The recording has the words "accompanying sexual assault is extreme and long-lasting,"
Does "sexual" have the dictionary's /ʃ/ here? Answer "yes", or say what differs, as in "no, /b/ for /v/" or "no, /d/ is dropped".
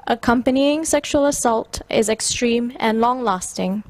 yes